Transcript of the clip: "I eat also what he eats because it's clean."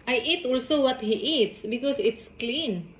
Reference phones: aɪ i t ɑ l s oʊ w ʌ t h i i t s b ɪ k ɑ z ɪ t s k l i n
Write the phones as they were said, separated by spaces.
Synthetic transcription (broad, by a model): aɪ i t ɑ l s oʊ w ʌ t h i i t s b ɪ k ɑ s ɪ t s k l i n